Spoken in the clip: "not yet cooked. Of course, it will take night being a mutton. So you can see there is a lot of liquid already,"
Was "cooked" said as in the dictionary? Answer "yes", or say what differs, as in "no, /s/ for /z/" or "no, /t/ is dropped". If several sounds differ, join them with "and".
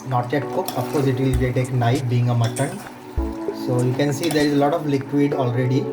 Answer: no, /t/ is dropped